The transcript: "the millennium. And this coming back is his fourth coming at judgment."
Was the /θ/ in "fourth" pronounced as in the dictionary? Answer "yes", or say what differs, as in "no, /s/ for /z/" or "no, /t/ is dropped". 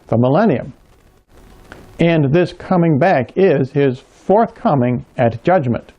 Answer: yes